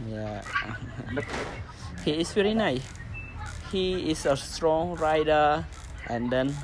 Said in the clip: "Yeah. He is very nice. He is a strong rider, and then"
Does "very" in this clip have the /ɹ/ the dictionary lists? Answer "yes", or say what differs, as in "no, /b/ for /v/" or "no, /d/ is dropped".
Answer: yes